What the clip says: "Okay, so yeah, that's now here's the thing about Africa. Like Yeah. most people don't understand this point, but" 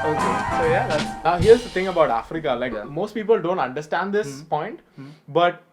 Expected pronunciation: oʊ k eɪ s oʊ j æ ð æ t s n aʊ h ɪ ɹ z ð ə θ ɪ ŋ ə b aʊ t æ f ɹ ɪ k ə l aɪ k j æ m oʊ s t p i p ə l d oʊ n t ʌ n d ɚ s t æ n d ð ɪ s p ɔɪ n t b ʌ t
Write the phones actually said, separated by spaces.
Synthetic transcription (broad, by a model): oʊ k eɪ s oʊ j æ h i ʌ ɹ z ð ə t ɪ ŋ ə b aʊ t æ f ɹ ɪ k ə l aɪ k m oʊ s t p i p ə l d oʊ n t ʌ n d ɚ s t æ n d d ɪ s p ɔɪ n t b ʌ t